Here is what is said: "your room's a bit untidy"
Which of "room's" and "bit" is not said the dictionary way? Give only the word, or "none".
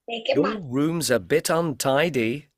none